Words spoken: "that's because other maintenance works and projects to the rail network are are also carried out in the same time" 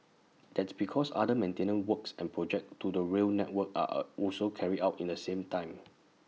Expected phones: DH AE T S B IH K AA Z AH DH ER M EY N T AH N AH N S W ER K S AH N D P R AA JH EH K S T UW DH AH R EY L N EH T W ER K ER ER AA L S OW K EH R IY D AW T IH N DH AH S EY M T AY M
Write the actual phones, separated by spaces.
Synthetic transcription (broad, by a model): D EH T S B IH K AA S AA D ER M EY N T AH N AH N W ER K S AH N P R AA JH EH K T UW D AH R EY L N EH T W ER K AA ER AA L S OW K EH R IY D AW T IH N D AH S EY M T AY M